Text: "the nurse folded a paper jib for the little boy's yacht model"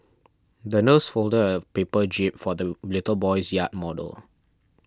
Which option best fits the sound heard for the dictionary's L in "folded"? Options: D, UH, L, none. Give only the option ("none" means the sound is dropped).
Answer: L